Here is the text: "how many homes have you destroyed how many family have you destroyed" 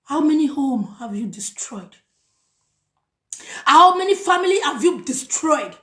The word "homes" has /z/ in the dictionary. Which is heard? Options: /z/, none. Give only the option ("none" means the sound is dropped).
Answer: none